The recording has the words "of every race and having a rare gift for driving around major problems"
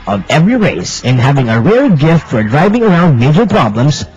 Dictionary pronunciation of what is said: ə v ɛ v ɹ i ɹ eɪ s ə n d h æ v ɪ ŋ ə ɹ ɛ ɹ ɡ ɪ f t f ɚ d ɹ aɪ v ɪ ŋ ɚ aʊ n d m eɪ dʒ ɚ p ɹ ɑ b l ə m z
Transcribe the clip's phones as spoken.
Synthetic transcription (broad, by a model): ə v ɛ v ɹ i ɹ eɪ s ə n h æ v ɪ ŋ ə ɹ ɛ ɹ ɡ ɪ f t f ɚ d ɹ aɪ v ɪ ŋ ɚ aʊ n d m eɪ dʒ ɚ p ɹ ɑ b l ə m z